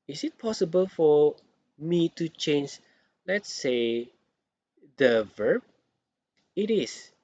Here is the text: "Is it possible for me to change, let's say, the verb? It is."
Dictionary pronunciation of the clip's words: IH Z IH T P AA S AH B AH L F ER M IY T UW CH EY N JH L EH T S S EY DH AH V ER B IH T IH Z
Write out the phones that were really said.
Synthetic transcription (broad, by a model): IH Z IH T P AA S AH B AH L F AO M IY T UW CH EY N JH L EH T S S EY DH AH V ER B IH T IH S